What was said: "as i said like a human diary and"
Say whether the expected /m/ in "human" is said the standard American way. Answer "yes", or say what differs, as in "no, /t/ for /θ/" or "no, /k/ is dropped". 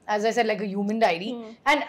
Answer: yes